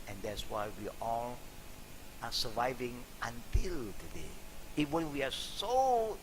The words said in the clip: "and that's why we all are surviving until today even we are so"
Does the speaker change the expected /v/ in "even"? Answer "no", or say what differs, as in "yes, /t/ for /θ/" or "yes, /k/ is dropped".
yes, /w/ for /v/